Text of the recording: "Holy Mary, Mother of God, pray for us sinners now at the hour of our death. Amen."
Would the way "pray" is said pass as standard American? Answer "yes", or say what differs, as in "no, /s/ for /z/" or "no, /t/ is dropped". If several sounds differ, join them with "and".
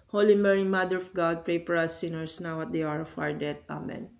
yes